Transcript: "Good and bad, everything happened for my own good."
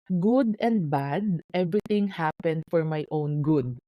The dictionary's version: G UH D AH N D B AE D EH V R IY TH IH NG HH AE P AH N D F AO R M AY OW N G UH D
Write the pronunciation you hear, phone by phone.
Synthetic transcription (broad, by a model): G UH D AH N D B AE D EH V R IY T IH NG HH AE P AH N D F AO R M AY OW N G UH D